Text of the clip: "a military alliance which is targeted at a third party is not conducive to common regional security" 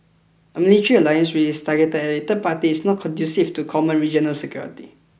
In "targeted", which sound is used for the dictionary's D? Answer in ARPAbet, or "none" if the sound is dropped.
none